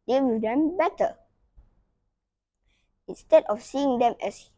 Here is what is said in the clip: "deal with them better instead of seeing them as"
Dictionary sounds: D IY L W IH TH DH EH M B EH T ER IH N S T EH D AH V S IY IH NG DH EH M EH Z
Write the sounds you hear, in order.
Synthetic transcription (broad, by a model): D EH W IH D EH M B EH T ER IH N S T EH D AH F S IY IH NG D EH M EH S